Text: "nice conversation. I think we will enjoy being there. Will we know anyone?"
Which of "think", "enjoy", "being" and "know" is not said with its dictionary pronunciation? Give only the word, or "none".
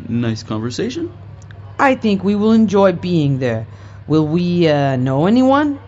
none